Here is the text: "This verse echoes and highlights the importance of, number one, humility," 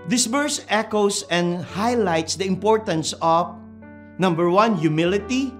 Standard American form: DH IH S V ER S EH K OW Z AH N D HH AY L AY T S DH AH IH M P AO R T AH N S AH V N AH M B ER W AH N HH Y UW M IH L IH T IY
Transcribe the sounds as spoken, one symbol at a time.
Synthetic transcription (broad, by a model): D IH S B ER S EH K OW S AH N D HH AY L AY T S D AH IH M P AO R T AH N S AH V N AH M B ER W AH N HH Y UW M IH L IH T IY